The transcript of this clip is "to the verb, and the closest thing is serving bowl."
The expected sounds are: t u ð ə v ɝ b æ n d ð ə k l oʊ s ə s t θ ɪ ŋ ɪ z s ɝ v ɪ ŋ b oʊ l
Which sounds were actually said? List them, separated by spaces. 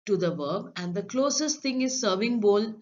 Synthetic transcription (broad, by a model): t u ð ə v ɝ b æ n d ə k l oʊ s ə s t t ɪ ŋ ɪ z s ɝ v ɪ ŋ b oʊ l